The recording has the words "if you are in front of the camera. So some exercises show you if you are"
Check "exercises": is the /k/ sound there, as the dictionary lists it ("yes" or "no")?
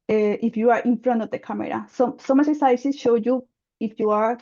no